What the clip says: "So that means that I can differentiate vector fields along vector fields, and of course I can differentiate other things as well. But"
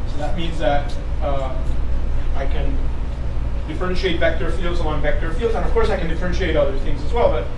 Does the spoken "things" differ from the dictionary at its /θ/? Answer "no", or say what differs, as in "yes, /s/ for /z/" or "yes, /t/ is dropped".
no